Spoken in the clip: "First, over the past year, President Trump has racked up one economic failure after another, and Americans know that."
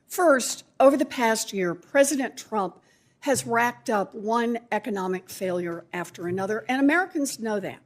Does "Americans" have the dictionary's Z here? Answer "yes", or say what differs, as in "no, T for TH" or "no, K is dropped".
yes